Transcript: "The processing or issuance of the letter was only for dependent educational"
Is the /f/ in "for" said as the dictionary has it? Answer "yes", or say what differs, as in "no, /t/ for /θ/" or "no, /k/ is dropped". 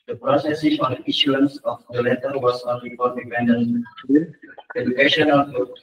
no, /p/ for /f/